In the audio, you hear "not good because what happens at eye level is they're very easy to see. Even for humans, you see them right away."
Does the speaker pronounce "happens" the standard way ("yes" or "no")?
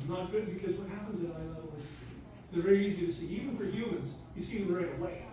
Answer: yes